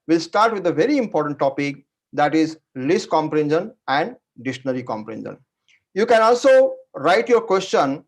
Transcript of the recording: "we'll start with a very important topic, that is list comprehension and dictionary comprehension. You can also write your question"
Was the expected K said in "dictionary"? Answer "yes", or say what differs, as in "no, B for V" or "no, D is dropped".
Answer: no, K is dropped